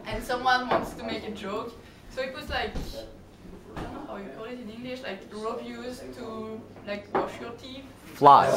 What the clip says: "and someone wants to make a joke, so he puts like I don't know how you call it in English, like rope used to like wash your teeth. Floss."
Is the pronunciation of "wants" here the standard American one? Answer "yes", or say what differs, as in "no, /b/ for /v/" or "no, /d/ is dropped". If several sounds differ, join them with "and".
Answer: yes